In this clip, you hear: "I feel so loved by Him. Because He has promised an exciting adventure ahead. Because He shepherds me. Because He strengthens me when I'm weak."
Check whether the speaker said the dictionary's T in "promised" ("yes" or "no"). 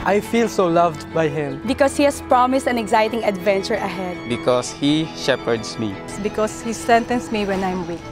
yes